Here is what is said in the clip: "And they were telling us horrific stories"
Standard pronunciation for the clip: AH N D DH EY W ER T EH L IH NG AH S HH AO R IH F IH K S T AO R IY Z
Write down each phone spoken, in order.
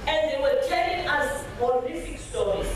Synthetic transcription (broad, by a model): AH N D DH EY W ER T EH L IH NG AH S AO L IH F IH K S T AO R IY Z